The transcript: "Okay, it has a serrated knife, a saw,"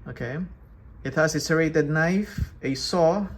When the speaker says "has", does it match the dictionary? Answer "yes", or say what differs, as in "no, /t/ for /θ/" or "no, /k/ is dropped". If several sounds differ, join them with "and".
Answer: no, /s/ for /z/